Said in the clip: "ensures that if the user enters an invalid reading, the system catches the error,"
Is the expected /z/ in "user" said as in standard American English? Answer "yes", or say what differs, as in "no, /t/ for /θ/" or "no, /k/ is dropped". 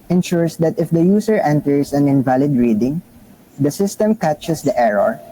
no, /s/ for /z/